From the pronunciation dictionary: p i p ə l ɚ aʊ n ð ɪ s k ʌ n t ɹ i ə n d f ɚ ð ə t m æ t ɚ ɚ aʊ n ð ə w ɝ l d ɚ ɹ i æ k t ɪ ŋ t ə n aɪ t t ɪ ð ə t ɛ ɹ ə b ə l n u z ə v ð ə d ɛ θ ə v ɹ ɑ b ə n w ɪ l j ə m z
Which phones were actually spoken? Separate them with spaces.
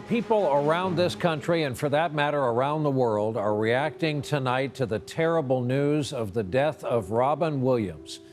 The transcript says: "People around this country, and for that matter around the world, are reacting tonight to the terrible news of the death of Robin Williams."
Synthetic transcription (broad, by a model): p i p l ɚ aʊ n ð ɪ s k ʌ n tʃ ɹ i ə n f ɚ ð ə t m æ t ɚ ɚ aʊ n ð ə w ɝ l d ɚ ɹ i æ k t ɪ ŋ t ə n aɪ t t ɪ ð ə t ɛ ɹ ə b l n u z ə v ð ə d ɛ θ ə v ɹ ɑ b ə n w ɪ l j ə m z